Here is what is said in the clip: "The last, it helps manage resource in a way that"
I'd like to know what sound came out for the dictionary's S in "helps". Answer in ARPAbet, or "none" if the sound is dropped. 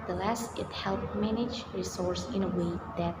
none